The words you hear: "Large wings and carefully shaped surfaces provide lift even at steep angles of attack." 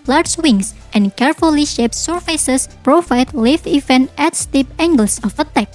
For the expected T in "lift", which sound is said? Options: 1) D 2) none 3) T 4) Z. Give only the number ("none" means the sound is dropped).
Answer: 2